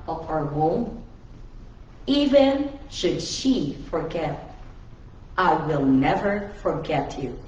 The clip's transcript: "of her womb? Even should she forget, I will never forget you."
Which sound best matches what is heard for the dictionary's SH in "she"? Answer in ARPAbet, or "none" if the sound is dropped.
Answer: SH